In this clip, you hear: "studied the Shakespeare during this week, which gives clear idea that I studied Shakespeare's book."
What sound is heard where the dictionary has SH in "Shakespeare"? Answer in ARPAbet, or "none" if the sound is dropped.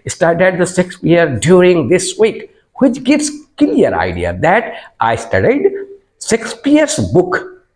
S